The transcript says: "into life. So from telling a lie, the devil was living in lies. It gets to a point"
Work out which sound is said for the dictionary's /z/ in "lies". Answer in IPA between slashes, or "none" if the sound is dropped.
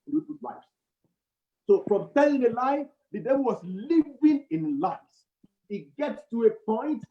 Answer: none